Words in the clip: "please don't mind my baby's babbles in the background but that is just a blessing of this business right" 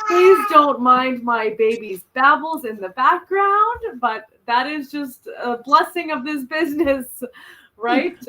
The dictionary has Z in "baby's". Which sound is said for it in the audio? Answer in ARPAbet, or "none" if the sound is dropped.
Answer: Z